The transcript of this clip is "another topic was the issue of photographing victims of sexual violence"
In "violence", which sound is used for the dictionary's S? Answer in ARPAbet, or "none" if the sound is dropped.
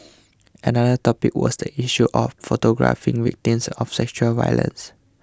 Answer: S